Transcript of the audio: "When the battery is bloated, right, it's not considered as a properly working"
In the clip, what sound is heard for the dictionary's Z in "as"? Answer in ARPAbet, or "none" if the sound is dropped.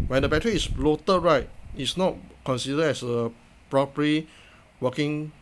S